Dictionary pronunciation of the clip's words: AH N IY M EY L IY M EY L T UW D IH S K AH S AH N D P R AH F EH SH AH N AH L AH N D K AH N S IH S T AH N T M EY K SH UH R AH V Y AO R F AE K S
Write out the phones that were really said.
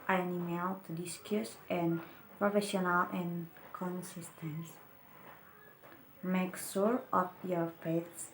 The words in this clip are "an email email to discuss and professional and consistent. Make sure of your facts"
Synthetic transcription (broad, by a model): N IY EY N IY M EY L T UW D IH S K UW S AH N P R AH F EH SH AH N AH L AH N K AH N S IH S T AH N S M EY K S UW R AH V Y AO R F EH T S